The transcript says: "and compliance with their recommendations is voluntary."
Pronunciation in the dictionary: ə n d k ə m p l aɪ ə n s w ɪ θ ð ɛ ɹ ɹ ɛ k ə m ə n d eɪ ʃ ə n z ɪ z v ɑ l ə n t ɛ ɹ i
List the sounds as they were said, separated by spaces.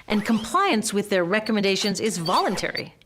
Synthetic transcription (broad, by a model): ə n k ə m p l aɪ ə n s w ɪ ð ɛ ɹ ɹ ɛ k ə m ə n d eɪ ʃ ə n z ɪ z v ɑ l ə n t ɛ ɹ i